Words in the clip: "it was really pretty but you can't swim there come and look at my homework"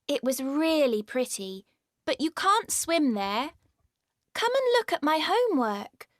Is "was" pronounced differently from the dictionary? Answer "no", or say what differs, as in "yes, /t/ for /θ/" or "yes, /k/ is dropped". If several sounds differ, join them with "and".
no